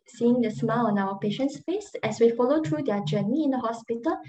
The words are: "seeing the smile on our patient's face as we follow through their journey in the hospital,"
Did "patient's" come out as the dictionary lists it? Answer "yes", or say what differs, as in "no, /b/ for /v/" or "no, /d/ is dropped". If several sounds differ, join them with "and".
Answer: yes